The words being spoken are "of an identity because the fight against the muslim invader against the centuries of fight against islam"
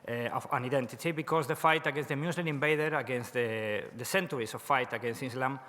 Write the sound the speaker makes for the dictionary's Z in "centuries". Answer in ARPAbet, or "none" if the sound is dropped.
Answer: S